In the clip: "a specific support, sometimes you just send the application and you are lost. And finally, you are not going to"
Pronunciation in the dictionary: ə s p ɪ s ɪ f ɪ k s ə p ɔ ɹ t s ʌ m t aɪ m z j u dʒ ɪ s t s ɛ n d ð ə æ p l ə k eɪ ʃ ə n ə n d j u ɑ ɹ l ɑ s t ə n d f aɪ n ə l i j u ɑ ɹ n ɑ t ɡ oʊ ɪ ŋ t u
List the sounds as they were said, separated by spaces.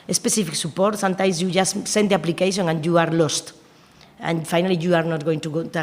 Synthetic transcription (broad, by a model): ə s p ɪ s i f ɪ k s ə p ɔ ɹ t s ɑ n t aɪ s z j u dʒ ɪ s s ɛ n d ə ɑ p l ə k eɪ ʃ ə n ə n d j u ɑ ɹ l ɑ s t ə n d f aɪ n ə l i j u ɑ ɹ n ɑ t ɡ oʊ ɪ ŋ t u